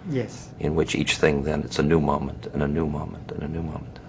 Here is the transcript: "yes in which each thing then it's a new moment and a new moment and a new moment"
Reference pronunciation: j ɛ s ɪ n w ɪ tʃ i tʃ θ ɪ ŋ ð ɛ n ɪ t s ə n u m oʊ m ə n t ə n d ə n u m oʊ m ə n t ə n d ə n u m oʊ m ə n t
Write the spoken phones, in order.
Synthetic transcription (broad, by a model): j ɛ s ɪ n w ɪ tʃ i tʃ θ ɪ ŋ ð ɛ n ɪ t s ə n u m oʊ m ə n t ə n ə n u m oʊ m ə n t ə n ə n u m oʊ m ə n t